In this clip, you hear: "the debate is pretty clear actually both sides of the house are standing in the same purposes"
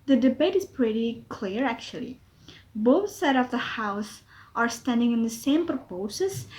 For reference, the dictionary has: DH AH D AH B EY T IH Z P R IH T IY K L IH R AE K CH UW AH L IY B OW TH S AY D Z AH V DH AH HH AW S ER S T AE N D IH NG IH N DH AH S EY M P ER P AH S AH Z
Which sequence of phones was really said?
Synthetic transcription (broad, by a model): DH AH D AH B EY T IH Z P R IH T IY K L IH R AE K CH UW AH L IY B OW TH S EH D AH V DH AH HH AW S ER S T AE N D IH NG IH N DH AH S EY M P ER P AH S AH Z